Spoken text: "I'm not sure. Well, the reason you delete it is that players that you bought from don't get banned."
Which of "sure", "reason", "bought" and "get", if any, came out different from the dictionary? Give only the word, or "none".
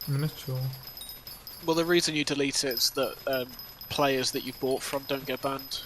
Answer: sure